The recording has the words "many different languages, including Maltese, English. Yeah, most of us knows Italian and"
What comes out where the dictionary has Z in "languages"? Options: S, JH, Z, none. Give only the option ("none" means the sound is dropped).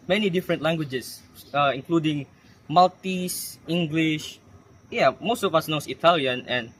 S